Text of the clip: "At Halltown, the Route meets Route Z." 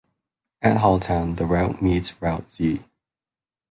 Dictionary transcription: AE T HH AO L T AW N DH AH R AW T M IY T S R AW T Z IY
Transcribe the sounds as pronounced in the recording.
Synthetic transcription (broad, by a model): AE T HH AO L T AW N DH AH R AW T M IY T S R AW T S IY